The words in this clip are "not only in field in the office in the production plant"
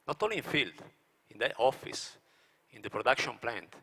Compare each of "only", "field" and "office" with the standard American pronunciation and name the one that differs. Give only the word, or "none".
only